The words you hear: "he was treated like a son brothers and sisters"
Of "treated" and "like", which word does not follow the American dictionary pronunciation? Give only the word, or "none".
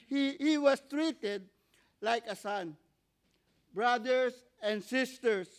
none